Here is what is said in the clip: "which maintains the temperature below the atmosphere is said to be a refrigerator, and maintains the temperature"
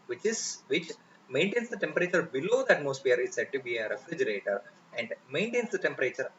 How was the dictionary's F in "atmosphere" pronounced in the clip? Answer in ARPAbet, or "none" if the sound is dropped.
P